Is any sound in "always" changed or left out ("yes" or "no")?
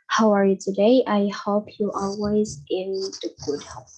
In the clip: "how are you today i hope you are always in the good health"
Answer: no